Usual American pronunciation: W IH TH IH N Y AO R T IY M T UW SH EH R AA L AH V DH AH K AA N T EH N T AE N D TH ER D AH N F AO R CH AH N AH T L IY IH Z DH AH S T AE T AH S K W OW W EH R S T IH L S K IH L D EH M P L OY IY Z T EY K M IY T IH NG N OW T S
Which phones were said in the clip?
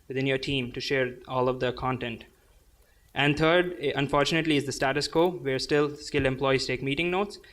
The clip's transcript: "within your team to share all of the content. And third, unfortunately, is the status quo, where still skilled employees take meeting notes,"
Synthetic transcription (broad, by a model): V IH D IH N Y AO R T IY M T UW SH EH R AA L AH V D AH K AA N T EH N T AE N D T ER D AH N F AO R CH AH N AH T L IY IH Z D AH S T AE T AH S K OW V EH R S T IH L S K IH L EH M P L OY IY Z T EY K M IY T IH NG N OW T S